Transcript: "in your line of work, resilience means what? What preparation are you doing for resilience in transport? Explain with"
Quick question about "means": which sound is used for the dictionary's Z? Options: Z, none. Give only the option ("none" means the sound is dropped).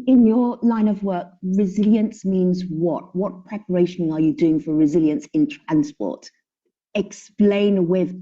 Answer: Z